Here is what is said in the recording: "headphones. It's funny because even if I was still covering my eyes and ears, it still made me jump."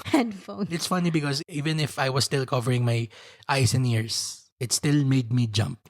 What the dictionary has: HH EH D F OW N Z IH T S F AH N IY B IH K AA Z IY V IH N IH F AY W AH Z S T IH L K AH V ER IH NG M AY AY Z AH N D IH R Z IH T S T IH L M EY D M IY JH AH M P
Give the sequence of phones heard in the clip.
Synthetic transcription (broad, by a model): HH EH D F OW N IH T S F AH N IY B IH K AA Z IY V IH N IH F AY W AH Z S T IH L K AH V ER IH NG M AY AY S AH N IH R S IH T S T IH L M EY D M IY JH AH M P